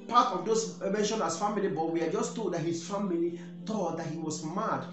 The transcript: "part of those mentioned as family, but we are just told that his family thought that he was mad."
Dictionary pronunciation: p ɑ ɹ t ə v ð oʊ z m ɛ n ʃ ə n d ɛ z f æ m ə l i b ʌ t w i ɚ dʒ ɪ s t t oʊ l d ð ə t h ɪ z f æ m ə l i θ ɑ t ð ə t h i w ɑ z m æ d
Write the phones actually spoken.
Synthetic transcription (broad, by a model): p ɑ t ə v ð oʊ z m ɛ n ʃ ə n ɑ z f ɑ m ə l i b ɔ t w i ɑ dʒ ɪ s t t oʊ d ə t h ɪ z f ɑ m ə l i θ ɑ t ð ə t h i w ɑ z m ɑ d